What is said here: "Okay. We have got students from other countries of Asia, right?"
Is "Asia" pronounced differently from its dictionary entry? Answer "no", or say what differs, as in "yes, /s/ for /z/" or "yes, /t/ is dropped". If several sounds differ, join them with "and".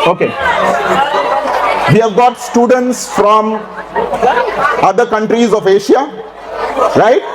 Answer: yes, /ʃ/ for /ʒ/